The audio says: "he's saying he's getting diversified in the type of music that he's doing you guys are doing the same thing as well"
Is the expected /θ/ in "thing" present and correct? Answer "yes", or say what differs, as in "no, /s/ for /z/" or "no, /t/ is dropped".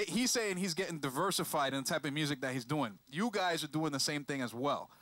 yes